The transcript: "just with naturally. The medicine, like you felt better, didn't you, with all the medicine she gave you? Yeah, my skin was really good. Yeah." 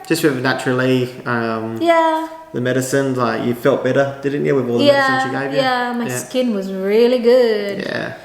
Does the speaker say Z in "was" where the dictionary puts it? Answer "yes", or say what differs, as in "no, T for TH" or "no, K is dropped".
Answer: yes